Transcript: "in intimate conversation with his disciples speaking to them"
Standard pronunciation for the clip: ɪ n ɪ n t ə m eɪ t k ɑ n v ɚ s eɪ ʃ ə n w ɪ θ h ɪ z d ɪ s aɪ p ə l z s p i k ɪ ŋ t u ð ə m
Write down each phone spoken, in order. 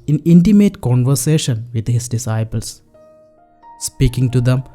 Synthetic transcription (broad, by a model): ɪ n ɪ n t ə m eɪ t k ɑ n v ɚ s eɪ ʃ ə n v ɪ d h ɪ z d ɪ s aɪ p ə l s s p i k ɪ ŋ t u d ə m